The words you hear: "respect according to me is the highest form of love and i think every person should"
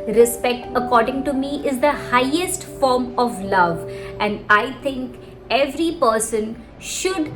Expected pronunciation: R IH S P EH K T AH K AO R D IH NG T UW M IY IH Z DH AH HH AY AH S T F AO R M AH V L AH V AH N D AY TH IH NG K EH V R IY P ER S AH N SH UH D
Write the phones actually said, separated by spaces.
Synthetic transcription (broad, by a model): R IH S P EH K T AH K AO R D IH NG T UW M IY IH Z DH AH HH AY AH S T F AO R M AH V L AH V AH N D AY T IH NG K EH V R IY P ER S AH N SH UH D